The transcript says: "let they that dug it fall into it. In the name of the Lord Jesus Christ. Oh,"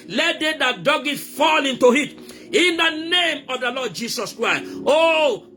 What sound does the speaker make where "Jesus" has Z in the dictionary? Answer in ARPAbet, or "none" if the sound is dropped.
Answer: S